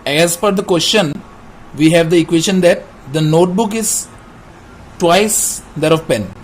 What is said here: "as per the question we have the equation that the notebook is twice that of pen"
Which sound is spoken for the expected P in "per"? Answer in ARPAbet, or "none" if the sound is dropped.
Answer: F